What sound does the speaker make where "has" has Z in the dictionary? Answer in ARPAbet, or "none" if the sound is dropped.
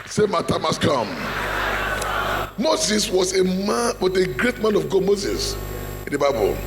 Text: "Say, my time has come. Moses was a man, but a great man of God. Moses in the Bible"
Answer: S